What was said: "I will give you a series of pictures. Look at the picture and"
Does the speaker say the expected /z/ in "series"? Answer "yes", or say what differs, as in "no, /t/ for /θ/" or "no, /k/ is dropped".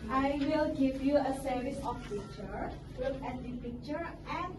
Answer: no, /s/ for /z/